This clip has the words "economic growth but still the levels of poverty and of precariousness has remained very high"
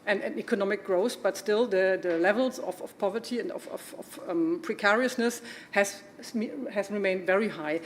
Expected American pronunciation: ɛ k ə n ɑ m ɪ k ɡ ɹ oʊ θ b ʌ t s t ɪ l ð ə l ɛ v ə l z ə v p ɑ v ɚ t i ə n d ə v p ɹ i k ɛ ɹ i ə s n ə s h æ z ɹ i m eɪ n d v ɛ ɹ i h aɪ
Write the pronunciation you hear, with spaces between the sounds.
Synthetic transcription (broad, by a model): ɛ k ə n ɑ m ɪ k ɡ ɹ oʊ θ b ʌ t s t ɪ l ð ə l ɛ v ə l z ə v p ɑ v ɚ t i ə n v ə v p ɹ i k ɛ ɹ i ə s n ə s h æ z ɹ i m eɪ n d v ɛ ɹ i h aɪ